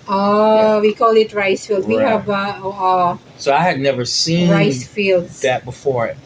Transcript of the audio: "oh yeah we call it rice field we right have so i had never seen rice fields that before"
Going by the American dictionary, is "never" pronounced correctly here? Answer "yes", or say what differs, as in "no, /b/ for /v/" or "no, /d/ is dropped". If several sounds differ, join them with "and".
yes